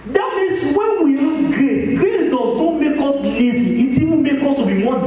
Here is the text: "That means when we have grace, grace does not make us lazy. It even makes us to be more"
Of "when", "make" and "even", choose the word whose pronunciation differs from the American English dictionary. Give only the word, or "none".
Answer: even